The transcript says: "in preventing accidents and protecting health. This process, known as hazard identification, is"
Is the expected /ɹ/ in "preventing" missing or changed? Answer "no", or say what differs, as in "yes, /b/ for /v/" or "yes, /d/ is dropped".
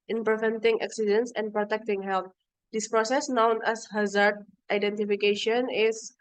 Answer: no